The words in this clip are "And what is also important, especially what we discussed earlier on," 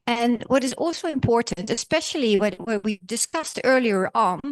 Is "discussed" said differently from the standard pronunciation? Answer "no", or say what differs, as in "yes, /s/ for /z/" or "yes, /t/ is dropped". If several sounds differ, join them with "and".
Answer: no